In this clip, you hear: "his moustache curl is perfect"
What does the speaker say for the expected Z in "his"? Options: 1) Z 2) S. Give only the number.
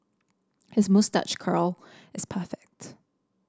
1